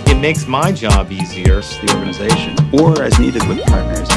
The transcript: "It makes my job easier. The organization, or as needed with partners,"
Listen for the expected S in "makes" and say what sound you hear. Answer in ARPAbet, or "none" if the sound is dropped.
S